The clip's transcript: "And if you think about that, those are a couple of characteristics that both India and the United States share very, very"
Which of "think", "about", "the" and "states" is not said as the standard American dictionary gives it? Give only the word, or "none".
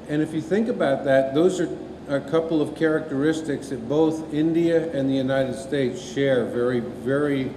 none